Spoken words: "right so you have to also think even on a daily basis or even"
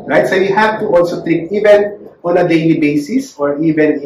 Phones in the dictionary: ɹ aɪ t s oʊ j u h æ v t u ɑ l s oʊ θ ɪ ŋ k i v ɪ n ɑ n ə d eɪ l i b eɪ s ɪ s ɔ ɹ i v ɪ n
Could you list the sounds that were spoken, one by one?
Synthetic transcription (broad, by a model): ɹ aɪ t s oʊ j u h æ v t u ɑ l s oʊ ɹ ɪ k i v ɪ n ɑ n ə d eɪ l i b eɪ s ɪ s ɔ ɹ i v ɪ n